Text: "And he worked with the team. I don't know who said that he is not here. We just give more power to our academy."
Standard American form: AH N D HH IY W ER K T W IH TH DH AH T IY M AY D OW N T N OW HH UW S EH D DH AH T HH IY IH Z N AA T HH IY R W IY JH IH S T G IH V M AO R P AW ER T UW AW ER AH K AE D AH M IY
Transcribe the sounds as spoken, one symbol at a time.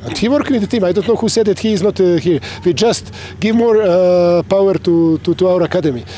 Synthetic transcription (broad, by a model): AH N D HH IY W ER T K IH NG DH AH T IY M AY D OW N T N OW HH UW S EH D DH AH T HH IY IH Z N AA T HH IY R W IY JH IH S T G IH V M AO R P AW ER T UW AW ER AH K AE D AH M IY